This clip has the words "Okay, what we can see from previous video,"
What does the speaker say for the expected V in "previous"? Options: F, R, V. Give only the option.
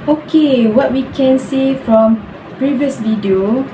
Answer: V